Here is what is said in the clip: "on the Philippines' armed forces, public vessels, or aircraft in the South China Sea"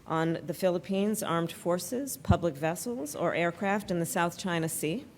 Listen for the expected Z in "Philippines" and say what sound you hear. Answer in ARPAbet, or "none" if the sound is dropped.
Z